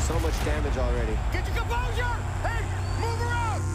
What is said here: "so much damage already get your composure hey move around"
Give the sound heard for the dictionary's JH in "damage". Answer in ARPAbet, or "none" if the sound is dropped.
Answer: JH